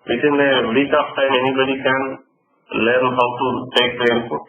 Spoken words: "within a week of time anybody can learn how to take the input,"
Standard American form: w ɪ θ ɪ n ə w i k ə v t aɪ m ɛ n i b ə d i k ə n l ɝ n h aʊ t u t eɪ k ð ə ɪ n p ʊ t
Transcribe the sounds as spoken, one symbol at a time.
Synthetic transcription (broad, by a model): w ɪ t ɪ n ə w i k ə p t aɪ m ɛ n i b ə d i k ə n l ɝ n h aʊ t u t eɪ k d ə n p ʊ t